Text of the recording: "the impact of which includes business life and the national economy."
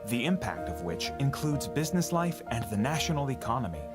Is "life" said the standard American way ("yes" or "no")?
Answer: yes